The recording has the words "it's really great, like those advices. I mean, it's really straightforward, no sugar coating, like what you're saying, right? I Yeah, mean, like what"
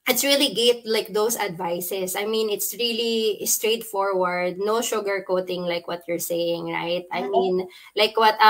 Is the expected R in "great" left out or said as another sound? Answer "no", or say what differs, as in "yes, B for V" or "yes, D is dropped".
yes, R is dropped